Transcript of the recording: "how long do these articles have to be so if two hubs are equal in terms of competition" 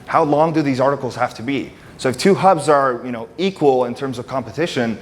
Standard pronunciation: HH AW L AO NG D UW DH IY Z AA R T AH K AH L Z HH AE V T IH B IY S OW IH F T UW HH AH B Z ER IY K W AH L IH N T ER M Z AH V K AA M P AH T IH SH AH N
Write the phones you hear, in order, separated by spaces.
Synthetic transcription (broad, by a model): HH AW L AO NG D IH DH IY Z AA R T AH K L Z HH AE F T IH B IY S OW IH F T UW HH AH B Z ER IY K W AH L IH N T ER M Z AH V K AA M P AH T IH SH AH N